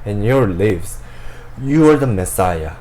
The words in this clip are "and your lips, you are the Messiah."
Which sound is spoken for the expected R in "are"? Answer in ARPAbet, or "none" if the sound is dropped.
R